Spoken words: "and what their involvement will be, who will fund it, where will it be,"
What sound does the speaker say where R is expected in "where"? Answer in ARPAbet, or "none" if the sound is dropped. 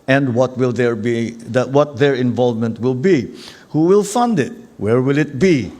R